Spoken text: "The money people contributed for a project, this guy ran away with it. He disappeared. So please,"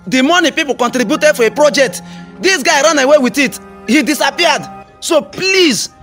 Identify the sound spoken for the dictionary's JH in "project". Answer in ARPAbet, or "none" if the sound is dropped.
JH